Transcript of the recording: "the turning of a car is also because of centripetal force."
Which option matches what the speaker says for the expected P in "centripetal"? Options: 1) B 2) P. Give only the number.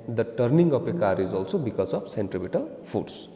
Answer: 1